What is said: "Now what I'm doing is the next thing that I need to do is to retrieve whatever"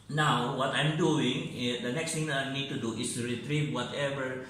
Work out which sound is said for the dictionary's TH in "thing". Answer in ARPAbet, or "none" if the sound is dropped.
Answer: T